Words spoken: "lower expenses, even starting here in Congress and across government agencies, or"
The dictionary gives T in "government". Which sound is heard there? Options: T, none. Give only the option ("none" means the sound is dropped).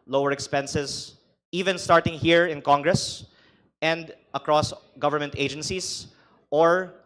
T